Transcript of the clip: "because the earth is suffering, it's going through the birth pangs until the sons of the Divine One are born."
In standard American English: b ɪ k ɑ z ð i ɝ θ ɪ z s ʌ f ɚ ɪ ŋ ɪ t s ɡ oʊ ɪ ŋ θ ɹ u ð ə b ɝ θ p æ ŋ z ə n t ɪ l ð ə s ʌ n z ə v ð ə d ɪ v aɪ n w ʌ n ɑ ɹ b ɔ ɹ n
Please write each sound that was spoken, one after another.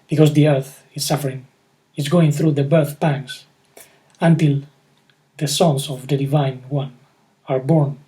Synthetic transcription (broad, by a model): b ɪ k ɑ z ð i ɝ θ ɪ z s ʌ f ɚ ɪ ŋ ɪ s ɡ oʊ ɪ ŋ θ ɹ u ð ə b ɝ θ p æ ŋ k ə n t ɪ l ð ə s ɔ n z ə v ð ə d ɪ v aɪ n w ʌ n ɑ ɹ b ɔ ɹ n